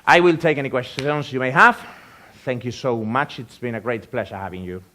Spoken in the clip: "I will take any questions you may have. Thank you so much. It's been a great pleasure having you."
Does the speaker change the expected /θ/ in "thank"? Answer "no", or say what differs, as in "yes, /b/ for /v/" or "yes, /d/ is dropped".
no